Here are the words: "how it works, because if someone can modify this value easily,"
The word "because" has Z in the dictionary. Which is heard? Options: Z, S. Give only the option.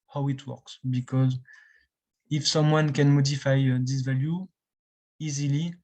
Z